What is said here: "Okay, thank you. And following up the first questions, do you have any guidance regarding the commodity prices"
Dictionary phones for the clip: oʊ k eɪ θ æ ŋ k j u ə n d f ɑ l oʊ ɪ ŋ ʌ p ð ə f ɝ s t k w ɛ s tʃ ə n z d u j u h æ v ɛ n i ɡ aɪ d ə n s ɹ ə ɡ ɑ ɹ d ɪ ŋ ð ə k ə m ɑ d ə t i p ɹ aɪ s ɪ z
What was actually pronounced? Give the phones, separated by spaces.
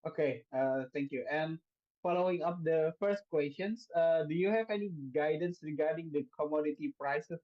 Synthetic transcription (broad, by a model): oʊ k eɪ t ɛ ŋ k j u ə n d f ɑ l oʊ ɪ ŋ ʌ p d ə f ɝ s t k w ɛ s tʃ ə n s d u j u h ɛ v ɛ n i ɡ aɪ d ə n s ɹ ə ɡ ɑ ɹ d ɪ ŋ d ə k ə m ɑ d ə t i p ɹ aɪ s